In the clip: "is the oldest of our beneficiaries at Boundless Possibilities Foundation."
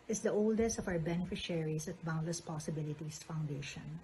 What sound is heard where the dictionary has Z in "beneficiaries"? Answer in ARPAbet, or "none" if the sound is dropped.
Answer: S